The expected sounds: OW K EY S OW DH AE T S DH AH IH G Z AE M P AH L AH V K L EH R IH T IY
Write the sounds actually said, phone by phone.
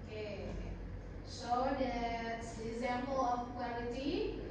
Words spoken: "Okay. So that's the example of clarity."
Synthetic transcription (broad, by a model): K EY SH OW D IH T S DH IH G Z AE M P AH L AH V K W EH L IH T IY